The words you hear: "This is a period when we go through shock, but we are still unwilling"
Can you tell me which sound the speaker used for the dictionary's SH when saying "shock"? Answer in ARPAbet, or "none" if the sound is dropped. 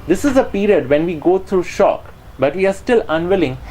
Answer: SH